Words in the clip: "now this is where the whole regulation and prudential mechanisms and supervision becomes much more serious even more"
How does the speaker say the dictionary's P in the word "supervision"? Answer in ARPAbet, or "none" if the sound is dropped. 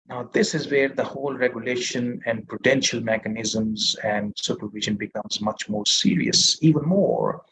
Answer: P